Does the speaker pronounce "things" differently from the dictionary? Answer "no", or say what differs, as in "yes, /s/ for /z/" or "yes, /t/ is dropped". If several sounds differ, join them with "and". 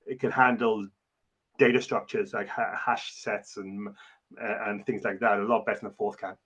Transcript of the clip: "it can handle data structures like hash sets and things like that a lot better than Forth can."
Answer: no